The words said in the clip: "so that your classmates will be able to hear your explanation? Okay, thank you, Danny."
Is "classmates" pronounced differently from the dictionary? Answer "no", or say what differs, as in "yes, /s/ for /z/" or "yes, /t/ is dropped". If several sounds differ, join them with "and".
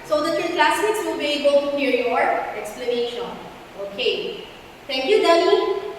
yes, /m/ is dropped